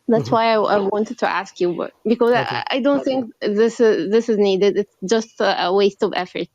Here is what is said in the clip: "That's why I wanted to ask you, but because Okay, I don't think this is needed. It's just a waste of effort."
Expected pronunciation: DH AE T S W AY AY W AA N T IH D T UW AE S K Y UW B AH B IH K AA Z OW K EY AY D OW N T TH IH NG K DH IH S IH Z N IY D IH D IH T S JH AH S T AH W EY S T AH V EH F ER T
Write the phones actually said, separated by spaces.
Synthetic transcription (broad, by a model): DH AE T S W AY AY W AA N T IH D T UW AE S K Y UW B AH B IH K AA Z AY D OW N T TH IH NG K DH IH S IH Z N IY D IH D IH T S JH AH S T AH W EY S T AH V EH F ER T